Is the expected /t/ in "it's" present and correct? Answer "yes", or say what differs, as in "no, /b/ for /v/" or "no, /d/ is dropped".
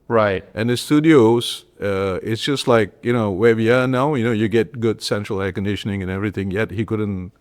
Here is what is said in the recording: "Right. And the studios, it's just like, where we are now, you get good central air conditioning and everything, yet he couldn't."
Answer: yes